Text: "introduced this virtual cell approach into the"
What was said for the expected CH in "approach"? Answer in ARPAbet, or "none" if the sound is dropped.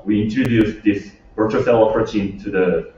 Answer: CH